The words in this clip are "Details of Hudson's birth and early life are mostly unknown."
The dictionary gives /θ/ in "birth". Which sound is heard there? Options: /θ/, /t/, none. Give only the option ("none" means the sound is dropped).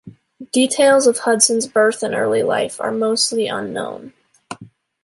/θ/